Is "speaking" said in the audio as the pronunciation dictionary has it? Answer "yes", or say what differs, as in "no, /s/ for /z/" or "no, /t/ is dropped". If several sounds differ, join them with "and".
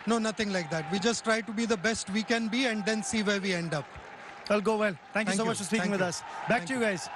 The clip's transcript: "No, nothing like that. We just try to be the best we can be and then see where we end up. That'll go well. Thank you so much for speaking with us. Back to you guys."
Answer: no, /k/ is dropped